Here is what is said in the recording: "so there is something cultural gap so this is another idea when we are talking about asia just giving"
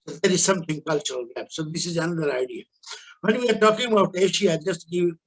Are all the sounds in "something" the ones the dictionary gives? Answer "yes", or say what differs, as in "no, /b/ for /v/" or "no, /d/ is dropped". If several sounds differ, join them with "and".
no, /t/ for /θ/